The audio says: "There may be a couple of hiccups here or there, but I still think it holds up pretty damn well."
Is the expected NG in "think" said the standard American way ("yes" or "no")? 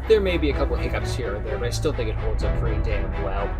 yes